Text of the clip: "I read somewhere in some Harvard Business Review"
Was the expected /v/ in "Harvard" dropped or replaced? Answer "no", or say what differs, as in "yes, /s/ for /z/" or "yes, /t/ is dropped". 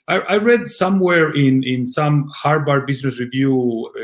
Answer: yes, /b/ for /v/